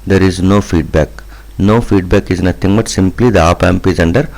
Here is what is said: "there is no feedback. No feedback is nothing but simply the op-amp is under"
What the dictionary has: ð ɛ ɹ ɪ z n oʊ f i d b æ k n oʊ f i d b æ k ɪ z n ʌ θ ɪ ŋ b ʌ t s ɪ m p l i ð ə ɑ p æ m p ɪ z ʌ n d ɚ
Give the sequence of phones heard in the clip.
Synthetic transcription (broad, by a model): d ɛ ɹ ɪ z n oʊ f i d b æ k n oʊ f i d b æ k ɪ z n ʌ t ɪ ŋ b ʌ t s ɪ m p l i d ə ɑ p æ m p ɪ z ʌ n d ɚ